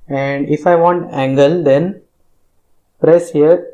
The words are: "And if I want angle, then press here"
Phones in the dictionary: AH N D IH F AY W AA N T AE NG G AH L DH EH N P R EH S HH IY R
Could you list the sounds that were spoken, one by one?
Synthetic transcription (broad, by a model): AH N D IH F AY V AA N T AE NG G AH L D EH N P R EH S HH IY R